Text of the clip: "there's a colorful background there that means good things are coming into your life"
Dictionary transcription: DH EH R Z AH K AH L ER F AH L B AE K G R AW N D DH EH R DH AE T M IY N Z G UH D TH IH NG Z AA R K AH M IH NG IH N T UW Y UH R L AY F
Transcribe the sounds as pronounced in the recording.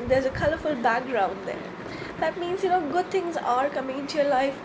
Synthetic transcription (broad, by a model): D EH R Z AH K AH L ER F AH L B AE K G R AW N D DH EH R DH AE T M IY N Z G UH D T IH NG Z AA R K AH M IH NG IH N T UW Y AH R L AY F